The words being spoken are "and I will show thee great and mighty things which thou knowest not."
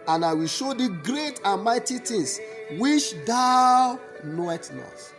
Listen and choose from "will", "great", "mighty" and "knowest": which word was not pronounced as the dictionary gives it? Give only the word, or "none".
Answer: knowest